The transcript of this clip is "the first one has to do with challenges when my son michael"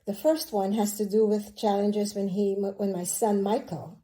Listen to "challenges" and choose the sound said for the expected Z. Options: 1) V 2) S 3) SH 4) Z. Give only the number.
4